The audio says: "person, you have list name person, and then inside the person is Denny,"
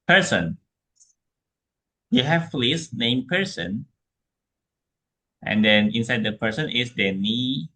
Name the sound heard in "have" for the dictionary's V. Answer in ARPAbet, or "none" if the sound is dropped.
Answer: F